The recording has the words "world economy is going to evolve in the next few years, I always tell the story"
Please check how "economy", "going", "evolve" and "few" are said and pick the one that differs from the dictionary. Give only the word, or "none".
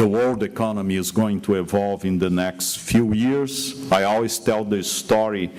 none